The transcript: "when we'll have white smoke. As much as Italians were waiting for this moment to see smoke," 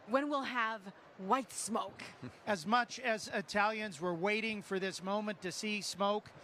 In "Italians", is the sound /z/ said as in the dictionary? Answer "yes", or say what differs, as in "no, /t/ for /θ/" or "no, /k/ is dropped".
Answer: yes